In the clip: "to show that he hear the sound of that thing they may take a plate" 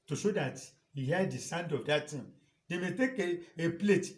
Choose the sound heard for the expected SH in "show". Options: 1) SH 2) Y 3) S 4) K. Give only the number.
1